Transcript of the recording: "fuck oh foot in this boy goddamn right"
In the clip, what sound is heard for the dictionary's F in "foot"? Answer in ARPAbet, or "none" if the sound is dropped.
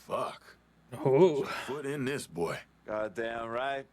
P